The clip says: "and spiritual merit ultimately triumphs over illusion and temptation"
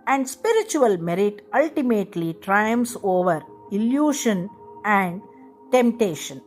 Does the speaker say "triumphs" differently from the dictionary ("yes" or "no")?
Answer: yes